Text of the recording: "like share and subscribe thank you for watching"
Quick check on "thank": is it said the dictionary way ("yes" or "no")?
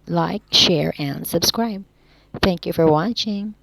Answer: yes